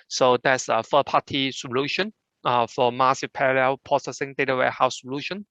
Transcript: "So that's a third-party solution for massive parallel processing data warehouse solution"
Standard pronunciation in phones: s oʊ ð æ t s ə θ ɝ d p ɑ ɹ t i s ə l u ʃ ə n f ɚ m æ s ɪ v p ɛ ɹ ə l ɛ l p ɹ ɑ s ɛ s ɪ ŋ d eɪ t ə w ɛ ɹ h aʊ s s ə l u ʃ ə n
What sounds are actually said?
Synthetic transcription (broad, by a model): s oʊ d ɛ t s ə f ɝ p ɑ t i s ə l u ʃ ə n f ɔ m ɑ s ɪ p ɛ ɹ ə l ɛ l p ɹ ɑ s ɛ s ɪ ŋ d eɪ t ə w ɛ h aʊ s s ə l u ʃ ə n